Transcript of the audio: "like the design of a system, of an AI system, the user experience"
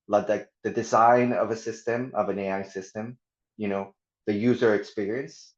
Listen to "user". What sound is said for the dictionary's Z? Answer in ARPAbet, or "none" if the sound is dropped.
Z